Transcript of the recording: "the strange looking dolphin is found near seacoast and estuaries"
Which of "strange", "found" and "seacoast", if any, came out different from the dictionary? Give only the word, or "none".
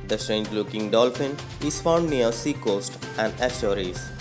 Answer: none